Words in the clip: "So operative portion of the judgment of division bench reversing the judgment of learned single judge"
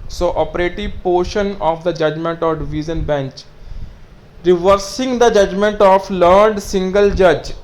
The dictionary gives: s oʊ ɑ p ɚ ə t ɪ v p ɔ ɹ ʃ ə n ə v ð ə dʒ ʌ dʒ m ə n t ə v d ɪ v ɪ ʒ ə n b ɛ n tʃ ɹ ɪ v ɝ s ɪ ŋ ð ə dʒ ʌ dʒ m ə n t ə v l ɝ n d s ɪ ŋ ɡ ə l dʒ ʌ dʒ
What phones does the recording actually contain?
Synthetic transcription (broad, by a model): s oʊ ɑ p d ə t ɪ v p ɔ ɹ ʃ ə n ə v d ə dʒ ʌ dʒ m ə n t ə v d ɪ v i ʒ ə n b ɛ n tʃ ɹ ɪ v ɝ s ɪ ŋ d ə dʒ ʌ dʒ m ə n t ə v l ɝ d s ɪ ŋ ɡ ə l dʒ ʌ dʒ